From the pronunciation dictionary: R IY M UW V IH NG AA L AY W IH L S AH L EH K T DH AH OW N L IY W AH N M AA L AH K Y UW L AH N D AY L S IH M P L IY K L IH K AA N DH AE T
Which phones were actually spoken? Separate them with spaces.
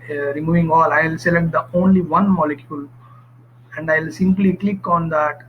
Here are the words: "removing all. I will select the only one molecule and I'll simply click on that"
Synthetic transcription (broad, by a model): R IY M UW V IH NG AA L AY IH L S AH L EH K T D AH OW N L IY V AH N M AA L AH K Y UW L AH N D AY L S IH M P L IY K L IH K AA N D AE T